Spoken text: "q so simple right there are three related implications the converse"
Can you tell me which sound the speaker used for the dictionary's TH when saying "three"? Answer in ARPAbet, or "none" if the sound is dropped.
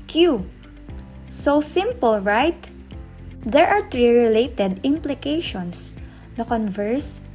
T